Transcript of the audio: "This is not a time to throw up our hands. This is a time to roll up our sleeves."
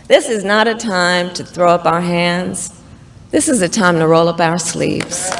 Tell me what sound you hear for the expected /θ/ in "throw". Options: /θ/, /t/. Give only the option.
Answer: /θ/